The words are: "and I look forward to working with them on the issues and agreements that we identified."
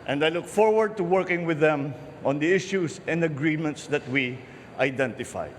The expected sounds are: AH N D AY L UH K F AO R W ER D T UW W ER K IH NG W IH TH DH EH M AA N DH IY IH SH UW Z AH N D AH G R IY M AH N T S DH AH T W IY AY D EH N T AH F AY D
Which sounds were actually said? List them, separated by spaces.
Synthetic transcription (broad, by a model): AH N D AY L UH K F AO R W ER D T UW W ER K IH NG W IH DH EH M AA N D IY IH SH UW S AH N D AH G R IY M AH N T S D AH T W IY AY D EH N T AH F AY